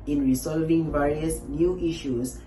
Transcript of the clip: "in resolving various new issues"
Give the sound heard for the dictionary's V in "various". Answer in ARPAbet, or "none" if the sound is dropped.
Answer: V